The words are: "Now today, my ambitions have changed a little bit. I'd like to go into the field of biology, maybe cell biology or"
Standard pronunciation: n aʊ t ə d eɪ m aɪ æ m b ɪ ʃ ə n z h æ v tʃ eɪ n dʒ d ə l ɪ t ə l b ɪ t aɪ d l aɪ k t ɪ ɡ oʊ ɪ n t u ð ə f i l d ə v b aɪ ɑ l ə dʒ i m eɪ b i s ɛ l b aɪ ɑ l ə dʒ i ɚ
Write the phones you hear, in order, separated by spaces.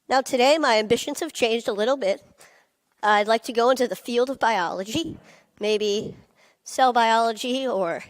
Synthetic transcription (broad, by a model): n aʊ t ə d eɪ m aɪ æ m b ɪ ʃ ə n z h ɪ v tʃ eɪ n dʒ d ə l ɪ t l b ɪ t aɪ d l aɪ k t ɪ ɡ oʊ ɪ n t u ð ə f i l d ə v b aɪ ɑ l ə dʒ i m eɪ b i s ɛ l b aɪ ɑ l ə dʒ i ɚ